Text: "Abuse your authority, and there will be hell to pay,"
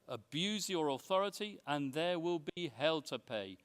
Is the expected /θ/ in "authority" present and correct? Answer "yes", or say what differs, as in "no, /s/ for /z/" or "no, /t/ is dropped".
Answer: yes